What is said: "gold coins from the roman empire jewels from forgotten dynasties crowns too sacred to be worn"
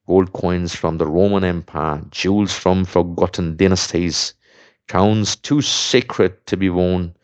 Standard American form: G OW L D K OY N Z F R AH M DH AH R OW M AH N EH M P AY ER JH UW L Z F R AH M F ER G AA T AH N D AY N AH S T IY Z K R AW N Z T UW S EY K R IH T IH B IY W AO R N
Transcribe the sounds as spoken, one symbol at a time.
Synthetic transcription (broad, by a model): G OW L D K OY N Z F R AH M DH AH R OW M AH N EH M P AY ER JH UW L Z F R AH M F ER G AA T N D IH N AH S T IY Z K AW N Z T UW S EY K R IH T IH B IY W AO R N